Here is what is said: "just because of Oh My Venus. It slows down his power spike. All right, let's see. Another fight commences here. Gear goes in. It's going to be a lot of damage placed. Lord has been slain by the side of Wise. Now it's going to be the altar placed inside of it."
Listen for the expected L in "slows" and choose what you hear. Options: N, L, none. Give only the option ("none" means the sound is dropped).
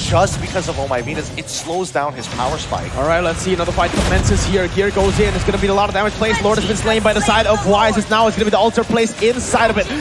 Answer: L